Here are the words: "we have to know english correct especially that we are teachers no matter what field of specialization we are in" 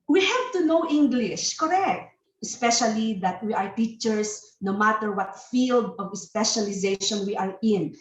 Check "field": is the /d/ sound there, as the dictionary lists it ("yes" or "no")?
yes